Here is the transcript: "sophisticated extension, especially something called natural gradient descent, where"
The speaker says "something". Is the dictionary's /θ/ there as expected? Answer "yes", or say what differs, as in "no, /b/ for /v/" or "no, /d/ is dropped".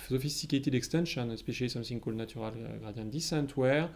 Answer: no, /s/ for /θ/